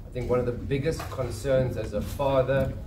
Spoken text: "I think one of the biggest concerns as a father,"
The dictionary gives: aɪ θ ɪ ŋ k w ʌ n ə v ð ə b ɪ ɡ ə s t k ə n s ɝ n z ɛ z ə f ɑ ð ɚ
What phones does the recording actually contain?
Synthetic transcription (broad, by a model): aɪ θ ɪ ŋ k w ʌ n ə v ð ə b ɪ ɡ ə s t k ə n s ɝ n z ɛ z ə f ɑ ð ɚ